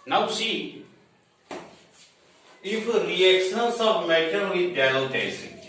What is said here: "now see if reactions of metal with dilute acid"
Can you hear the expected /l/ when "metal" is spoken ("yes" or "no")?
no